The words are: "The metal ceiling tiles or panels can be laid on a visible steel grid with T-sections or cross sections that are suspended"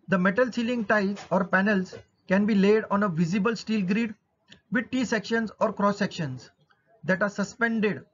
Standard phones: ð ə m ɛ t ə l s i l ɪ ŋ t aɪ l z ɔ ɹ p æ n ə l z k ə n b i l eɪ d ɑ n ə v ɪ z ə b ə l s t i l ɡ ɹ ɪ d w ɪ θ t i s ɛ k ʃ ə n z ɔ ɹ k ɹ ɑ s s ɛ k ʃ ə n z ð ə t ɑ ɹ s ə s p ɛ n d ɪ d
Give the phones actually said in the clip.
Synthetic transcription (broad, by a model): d ə m ɛ t ə l s i l ɪ ŋ t aɪ z ɔ ɹ p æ n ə l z k ə n b i l eɪ d ɑ n ə v ɪ z ə b ə l s t i l ɡ ɹ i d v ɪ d t i s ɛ k ʃ ə n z ɔ ɹ k ɹ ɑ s s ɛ k ʃ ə n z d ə t ɑ ɹ s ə s p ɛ n d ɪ d